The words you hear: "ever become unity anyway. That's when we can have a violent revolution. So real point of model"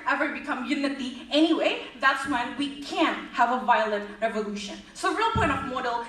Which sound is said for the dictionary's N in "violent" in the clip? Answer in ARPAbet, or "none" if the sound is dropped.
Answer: none